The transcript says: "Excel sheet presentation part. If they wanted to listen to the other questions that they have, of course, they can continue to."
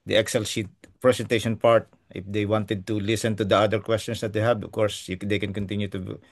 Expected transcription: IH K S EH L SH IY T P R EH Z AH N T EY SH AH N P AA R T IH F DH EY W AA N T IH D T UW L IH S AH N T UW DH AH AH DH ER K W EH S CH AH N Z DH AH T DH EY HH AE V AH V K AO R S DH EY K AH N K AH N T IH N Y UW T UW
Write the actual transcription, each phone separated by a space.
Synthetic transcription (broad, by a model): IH K S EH L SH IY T P R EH S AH N T EY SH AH N P AA R T IH F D EY W AA N T IH D T UW L IH S AH N T UW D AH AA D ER K W EH S CH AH N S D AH T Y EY HH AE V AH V K AO R S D EY K AH N K AH N T IH N Y UW T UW